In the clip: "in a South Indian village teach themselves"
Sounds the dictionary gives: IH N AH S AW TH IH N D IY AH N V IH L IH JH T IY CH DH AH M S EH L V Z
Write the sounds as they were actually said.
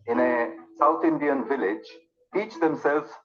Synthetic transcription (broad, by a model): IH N AH S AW T IH N D IY AH N V IH L IH JH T IY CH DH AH M S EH L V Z